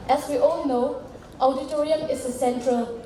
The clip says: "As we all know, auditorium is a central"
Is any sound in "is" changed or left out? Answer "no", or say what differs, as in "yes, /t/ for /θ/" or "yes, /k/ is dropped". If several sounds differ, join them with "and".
yes, /s/ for /z/